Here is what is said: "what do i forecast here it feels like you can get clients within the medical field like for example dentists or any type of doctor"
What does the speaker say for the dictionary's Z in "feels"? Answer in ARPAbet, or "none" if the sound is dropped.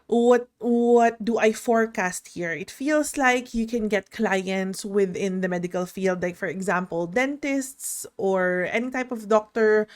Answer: S